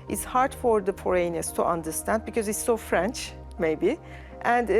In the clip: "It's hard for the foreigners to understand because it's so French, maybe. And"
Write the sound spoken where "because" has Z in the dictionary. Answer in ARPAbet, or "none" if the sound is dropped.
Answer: Z